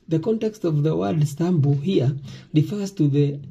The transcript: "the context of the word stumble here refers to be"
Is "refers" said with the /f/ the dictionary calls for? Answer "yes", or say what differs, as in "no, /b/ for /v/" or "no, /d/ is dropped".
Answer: yes